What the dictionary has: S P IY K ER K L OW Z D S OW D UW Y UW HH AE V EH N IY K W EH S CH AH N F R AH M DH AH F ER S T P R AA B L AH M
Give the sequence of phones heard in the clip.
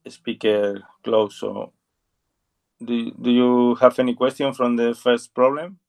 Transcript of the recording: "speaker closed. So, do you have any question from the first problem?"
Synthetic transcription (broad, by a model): S P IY K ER K L OW S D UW D UW Y UW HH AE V EH N IY K W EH S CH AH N F R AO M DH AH F ER S T P R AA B L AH M